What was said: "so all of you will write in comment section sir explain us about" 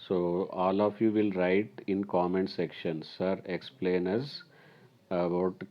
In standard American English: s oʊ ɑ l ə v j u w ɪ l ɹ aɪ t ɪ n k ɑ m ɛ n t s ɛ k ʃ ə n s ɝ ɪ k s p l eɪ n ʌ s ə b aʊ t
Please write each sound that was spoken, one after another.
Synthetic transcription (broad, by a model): s oʊ ɑ l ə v j u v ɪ l ɹ aɪ t ɪ n k ɑ m ɛ n t s ɛ k ʃ ə n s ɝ ɪ k s p l eɪ n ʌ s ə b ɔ t